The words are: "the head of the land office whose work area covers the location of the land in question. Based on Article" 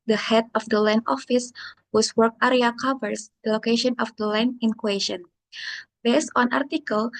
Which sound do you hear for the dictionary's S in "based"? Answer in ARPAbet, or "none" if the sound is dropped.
S